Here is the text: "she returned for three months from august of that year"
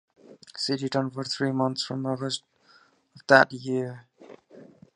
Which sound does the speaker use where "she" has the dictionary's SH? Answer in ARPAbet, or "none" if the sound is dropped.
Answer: S